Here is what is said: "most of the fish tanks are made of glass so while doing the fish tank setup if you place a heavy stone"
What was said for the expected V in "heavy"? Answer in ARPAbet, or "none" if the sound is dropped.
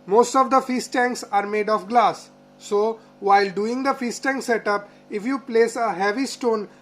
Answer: V